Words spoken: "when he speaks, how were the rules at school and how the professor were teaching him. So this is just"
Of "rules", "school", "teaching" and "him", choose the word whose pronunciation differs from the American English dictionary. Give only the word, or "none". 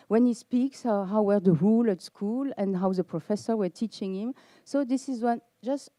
rules